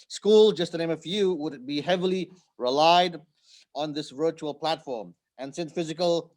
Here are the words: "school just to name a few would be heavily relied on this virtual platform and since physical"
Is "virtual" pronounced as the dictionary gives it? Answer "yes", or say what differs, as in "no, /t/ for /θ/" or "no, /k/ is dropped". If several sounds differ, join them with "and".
yes